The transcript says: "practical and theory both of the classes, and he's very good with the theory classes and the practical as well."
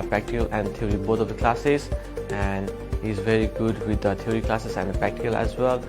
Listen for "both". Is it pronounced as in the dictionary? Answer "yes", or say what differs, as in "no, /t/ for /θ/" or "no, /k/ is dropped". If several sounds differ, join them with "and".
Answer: no, /t/ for /θ/